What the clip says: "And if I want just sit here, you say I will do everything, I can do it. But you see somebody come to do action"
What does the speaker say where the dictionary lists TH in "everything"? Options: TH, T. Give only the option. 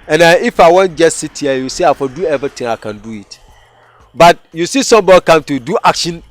T